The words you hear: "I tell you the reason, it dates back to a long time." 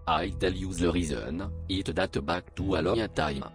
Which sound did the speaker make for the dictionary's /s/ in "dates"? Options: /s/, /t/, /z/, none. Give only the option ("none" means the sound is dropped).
none